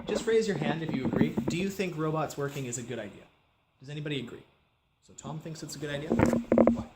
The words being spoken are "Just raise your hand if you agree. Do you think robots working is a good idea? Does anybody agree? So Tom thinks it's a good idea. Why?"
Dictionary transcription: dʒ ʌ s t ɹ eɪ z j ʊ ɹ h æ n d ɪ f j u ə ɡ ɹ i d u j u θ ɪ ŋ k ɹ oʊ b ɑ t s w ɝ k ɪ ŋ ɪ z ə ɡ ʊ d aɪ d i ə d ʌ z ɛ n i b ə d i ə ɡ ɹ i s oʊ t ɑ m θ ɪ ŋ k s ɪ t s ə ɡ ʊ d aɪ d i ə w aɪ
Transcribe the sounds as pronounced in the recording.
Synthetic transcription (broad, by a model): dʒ ʌ s t ɹ eɪ z j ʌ ɹ h æ n d ɪ f j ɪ ə ɡ ɹ i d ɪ j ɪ θ ɪ ŋ k ɹ oʊ b ɑ t s w ɝ k ɪ ŋ ɪ z ə ɡ ʊ d aɪ d i ə d ʌ z ɛ n i b ə d i ə ɡ ɹ i s oʊ t ɑ m θ ɪ ŋ k s ɪ t s ə ɡ ʊ d aɪ d i ə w